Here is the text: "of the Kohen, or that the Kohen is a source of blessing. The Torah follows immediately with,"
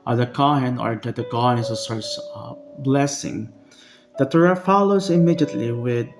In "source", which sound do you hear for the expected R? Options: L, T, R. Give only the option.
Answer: R